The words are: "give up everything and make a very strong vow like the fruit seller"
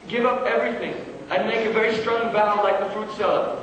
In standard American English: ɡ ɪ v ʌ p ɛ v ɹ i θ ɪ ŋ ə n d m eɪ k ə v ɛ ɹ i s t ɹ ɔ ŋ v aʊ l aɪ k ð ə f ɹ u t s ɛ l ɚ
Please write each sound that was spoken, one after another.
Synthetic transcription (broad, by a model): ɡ ɪ v ʌ p ɛ v ɹ i θ ɪ ŋ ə n m eɪ k ə v ɛ ɹ i s t ɹ ɔ ŋ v aʊ l aɪ k ð ə f ɹ u t s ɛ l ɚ